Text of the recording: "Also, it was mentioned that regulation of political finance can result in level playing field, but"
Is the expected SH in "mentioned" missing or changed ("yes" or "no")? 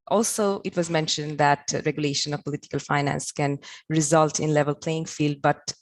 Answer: no